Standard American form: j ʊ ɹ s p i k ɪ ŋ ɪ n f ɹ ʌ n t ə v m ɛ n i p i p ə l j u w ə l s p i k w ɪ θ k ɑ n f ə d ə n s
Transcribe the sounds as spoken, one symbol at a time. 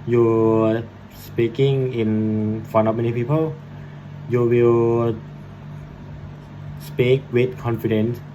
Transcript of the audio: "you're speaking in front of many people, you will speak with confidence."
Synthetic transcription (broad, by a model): j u s p i k ɪ ŋ ɪ n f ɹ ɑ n ə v m ɛ n i p i p ə l j u w ə l s p i k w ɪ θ k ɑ n f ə d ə n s